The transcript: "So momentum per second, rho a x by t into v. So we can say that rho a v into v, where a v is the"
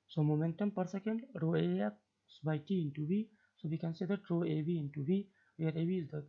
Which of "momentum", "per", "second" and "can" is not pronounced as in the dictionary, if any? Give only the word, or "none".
none